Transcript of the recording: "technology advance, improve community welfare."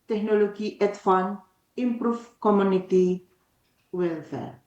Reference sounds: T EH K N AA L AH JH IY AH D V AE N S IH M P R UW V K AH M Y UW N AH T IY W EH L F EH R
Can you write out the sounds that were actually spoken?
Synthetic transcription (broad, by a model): T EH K N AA L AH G IY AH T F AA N IH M P R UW F K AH M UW N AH T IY W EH L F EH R